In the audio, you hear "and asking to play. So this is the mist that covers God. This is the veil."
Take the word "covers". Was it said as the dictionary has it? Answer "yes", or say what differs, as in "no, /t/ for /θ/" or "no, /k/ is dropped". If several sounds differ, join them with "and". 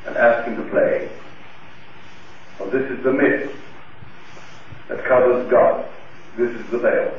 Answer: yes